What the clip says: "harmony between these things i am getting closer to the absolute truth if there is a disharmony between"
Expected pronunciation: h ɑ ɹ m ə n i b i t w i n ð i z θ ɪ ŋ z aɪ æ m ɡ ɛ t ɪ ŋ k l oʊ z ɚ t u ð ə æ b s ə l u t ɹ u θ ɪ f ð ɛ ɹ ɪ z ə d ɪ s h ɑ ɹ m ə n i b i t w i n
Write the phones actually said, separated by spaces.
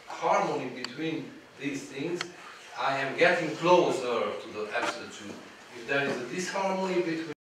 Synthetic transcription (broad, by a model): h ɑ ɹ m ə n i b i t w i n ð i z θ ɪ ŋ z aɪ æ m ɡ ɛ t ɪ ŋ k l oʊ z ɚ t u ð ə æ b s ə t u ɪ f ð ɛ ɹ ɪ z ə d ɪ s h ɑ ɹ m ə n i b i t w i